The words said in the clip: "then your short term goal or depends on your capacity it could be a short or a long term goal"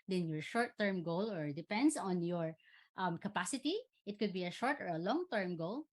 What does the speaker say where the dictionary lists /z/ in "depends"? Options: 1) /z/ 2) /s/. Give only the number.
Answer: 2